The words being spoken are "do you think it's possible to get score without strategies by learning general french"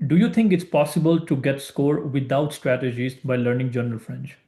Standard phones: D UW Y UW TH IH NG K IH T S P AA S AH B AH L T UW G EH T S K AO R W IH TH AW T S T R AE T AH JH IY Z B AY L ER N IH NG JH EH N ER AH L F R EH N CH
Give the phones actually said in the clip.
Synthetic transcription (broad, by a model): D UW Y UW T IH NG K IH T S P AA S AH B AH L T UW G EH T S K AO R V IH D AW T S T R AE T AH JH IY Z B AY L ER N IH NG JH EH N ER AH L F R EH N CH